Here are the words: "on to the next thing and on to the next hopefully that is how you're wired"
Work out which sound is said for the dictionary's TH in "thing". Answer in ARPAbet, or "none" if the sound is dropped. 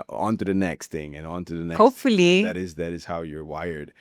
TH